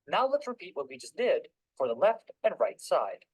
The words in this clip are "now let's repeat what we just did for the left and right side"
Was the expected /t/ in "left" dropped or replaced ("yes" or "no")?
no